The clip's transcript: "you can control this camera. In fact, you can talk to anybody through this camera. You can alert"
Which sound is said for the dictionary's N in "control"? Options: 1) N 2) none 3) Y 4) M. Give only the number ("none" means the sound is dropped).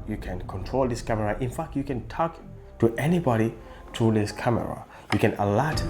1